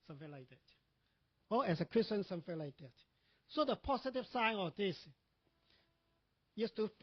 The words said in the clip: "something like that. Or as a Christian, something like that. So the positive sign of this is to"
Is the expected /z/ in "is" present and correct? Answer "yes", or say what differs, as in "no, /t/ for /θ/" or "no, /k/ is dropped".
no, /s/ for /z/